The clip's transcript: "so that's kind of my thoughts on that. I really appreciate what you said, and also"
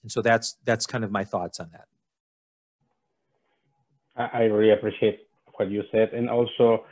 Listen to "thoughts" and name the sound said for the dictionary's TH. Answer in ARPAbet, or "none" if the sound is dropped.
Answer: TH